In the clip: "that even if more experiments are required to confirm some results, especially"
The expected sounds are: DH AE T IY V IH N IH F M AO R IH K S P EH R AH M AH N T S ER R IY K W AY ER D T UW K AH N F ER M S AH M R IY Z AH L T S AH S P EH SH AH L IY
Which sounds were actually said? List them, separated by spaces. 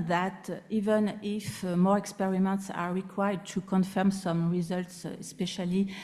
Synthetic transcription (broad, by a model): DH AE T IY V IH N IH F M AO R IH K S P EH R AH M AH N T S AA R IY K W AY ER D T UW K AH N F ER M S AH M R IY Z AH L T S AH S P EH SH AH L IY